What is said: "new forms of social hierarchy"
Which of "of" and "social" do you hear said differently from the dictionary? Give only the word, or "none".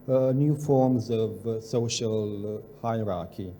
none